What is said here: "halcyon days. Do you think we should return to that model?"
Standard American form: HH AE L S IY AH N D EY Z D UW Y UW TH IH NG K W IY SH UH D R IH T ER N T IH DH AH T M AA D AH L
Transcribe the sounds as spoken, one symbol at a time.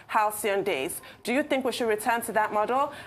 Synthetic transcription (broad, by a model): HH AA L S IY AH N D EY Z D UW Y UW TH IH NG K W IY SH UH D R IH T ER N T IH DH AH T M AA D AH L